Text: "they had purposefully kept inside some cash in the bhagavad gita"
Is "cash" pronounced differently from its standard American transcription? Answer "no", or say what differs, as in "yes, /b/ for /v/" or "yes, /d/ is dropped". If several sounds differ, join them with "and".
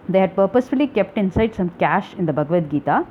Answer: no